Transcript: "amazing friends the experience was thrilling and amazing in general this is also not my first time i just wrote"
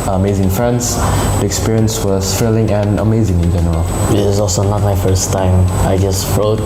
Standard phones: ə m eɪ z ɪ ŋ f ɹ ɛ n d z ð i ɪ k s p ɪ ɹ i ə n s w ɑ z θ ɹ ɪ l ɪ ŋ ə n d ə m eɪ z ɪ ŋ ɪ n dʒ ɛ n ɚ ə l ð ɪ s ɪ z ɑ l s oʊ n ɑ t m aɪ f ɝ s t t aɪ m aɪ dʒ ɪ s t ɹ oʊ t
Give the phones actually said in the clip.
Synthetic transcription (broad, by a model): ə m eɪ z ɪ ŋ f ɹ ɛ n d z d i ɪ k s p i ɹ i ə n s w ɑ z f ɹ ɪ l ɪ ŋ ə n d ə m eɪ z ɪ ŋ ɪ n dʒ ɛ n ɚ ə l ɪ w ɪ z ɑ l s oʊ n ɑ t m aɪ f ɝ s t t aɪ m aɪ dʒ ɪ s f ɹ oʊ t